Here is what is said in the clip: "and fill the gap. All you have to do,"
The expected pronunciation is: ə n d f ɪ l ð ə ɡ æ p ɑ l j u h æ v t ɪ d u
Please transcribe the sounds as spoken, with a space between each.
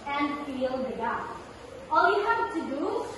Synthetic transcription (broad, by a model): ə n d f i l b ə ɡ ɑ ɑ l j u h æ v t ɪ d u